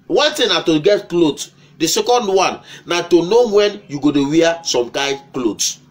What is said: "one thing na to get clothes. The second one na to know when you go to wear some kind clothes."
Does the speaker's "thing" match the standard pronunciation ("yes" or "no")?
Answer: no